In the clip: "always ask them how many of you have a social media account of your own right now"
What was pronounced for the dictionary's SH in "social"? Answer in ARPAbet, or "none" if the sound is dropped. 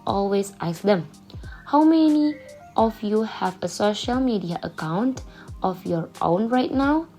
SH